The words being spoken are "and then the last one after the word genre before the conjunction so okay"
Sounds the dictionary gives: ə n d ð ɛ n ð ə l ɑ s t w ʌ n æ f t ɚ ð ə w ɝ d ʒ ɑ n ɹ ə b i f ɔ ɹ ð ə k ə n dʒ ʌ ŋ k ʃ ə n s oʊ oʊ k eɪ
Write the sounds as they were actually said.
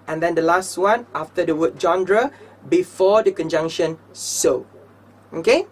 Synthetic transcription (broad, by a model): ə n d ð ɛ n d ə l ɑ s t w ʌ n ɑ f t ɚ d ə w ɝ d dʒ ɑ n ɹ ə b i f ɔ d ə k ə n dʒ ʌ ŋ k ʃ ə n s oʊ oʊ k eɪ